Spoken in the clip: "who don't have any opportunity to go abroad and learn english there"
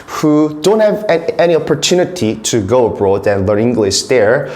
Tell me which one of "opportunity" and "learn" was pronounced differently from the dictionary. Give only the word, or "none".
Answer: learn